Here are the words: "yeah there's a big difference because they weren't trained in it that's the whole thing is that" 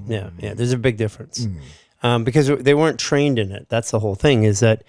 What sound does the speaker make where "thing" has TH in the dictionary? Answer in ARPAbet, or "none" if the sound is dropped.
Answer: TH